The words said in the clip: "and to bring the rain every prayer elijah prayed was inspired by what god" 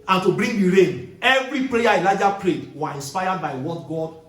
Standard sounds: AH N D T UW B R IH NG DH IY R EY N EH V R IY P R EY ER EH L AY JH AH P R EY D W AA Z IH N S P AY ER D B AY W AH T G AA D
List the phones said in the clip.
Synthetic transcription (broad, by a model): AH N T UW B R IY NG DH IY R EY N EH V R IY P L EY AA EH L AY JH AH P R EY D W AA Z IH N S P AY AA D B AY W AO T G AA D